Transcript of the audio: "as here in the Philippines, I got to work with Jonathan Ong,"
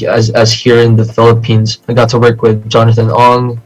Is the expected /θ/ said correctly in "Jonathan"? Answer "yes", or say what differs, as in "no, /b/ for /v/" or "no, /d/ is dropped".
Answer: yes